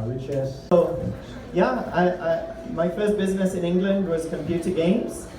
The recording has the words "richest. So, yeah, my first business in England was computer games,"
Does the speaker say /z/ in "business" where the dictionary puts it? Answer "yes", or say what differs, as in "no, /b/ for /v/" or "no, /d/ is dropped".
yes